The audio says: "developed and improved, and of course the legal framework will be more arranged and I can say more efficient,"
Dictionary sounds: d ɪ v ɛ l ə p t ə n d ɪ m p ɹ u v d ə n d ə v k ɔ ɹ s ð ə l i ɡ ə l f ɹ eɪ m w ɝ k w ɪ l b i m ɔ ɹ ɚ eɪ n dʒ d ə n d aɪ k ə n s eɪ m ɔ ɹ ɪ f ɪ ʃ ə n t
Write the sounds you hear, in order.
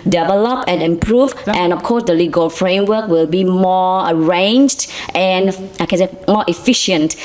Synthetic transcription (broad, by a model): d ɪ v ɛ l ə p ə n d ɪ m p ɹ u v ə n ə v k ɔ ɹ s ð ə l i ɡ ə l f ɹ eɪ m w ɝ k w ɪ l b i m ɔ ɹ ɚ eɪ n dʒ d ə n aɪ k ə n s eɪ m ɔ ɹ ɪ f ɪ ʃ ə n t